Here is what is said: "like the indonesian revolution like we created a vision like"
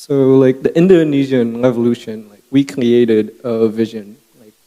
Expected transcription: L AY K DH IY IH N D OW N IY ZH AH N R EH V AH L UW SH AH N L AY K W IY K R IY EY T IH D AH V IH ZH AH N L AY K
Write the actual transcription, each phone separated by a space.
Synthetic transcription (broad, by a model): L AY K DH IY IH N D OW N IY ZH AH N R EH V AH L UW SH AH N L AY K W IY K R IY EY T IH D AH V IH ZH AH N L AY K